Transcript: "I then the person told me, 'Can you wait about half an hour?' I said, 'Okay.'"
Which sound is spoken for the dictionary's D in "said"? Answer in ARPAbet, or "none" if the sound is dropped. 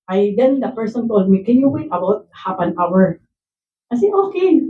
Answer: none